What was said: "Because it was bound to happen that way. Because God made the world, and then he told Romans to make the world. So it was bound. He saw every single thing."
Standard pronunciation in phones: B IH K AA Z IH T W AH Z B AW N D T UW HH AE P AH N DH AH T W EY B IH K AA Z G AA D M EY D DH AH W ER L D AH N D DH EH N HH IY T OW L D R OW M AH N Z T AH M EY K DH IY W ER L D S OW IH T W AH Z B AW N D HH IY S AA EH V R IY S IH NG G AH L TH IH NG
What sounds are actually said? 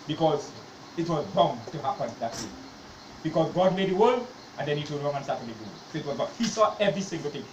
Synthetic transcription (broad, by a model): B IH K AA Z IH T W AH Z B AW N T UW HH AE P AH N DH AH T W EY B IH K AA Z G AA D M EY D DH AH W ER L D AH N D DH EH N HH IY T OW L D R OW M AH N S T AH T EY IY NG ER S OW IH T W AH Z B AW HH IY S AA EH V R IY S IH NG G AH L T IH NG